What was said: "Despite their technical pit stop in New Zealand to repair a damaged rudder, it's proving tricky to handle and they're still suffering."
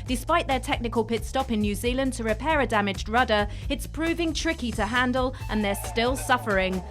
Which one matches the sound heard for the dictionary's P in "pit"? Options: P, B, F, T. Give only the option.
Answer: P